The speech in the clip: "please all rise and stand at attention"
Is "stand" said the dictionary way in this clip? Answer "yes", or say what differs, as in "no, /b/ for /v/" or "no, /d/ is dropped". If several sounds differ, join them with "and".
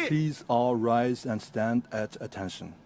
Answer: yes